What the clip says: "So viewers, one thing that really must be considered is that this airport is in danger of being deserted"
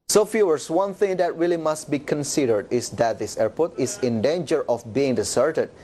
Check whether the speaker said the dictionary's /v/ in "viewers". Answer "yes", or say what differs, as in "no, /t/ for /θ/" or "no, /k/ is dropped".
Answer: no, /f/ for /v/